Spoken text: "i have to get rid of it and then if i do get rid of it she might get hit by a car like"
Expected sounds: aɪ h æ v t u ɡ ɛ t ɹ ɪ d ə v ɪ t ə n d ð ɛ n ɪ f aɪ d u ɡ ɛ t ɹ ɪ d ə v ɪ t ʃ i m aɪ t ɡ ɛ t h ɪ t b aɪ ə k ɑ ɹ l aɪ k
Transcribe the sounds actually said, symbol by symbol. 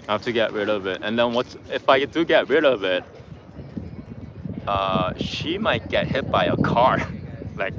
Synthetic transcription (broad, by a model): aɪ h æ f t u ɡ ɛ t ɹ ɪ d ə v ɪ t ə n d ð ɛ n ɪ f aɪ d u ɡ ɛ t ɹ ɪ d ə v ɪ t ʃ i m aɪ t ɡ ɛ t h ɪ t b aɪ ə k ɑ ɹ l aɪ k